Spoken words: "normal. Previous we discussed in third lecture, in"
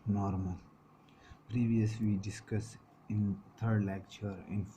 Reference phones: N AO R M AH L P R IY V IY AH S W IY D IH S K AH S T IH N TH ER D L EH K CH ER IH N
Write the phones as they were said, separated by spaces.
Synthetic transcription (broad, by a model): N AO R M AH L P R IY V IY AH S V IY D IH S K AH S IH N T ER D L EH K CH ER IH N